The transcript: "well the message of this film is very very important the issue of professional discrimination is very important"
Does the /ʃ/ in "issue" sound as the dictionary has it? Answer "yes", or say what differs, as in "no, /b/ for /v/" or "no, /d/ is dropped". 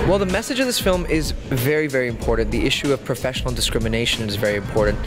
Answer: yes